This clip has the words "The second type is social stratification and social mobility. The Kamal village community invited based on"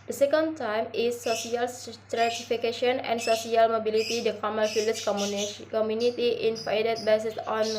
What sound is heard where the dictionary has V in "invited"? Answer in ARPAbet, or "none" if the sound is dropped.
F